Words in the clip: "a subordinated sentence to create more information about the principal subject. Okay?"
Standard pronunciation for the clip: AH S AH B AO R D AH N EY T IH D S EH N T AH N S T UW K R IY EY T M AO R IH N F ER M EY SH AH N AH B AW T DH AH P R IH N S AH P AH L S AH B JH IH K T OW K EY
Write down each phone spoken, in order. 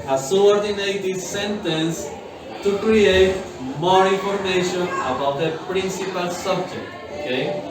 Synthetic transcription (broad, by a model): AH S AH AO R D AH N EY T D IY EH N T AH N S T UW K R IY EY T M AO R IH F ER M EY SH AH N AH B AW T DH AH P R IH N S AH P AH L S AH B JH IH K T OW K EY